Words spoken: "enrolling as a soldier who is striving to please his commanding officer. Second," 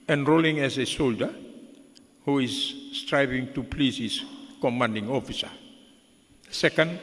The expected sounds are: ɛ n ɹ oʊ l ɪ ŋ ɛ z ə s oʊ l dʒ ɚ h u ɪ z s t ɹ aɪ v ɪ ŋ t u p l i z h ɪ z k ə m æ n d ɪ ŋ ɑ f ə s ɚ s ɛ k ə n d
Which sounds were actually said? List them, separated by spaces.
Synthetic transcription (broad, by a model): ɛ n ɹ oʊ l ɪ ŋ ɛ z ə s oʊ l dʒ ɚ h u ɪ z s t ɹ aɪ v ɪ ŋ t u p l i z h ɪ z k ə m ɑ n d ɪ ŋ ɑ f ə s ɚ s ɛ k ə n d